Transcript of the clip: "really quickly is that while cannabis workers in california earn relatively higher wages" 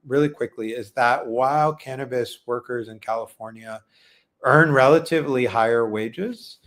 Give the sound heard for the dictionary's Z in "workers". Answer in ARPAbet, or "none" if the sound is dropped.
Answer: Z